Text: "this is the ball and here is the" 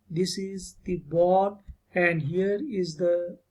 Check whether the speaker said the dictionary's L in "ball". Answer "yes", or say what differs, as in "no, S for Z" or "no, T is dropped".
no, N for L